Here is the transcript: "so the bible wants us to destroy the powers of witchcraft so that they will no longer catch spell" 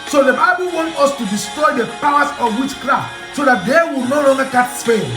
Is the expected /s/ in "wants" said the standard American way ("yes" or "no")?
no